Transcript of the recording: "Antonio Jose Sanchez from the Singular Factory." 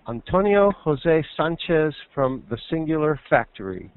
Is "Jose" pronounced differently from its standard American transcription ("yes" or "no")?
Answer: no